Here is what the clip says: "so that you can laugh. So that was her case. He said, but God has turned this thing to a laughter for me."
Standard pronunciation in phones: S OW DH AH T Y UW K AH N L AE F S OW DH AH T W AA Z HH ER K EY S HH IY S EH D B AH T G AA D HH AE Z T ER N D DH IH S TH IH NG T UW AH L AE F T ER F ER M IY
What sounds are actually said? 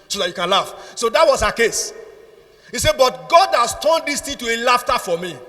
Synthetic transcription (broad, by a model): S OW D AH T Y UW K AH N L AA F S OW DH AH T W AA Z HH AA K EY S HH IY S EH B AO T G AA D HH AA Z T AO N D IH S T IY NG T UW AH L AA F T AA F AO M IY